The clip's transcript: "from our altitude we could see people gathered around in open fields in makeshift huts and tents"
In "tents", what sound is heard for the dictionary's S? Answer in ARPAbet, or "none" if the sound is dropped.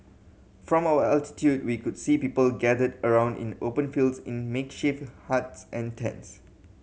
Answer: S